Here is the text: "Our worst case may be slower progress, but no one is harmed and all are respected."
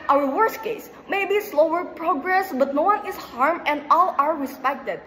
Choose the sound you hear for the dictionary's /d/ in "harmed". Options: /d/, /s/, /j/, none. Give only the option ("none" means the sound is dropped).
none